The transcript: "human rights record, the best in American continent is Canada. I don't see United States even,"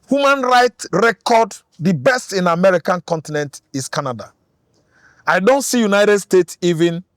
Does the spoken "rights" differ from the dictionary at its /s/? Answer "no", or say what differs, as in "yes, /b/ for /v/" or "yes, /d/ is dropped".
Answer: yes, /s/ is dropped